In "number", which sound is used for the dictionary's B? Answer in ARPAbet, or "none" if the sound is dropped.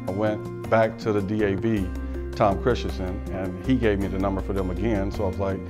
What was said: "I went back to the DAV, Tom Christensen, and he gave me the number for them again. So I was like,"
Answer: B